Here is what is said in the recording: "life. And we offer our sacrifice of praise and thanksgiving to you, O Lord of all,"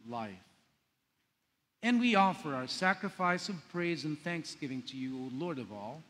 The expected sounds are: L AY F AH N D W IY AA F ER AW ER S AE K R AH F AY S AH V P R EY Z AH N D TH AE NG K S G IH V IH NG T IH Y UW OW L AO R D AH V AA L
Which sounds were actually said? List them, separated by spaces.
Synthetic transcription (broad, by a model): L AY F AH N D W IY AA F ER AW ER S AE K R AH F AY S AH V P R EY Z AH N TH AE NG K S G IH V IH NG T IH Y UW OW L AO R D AH V AA L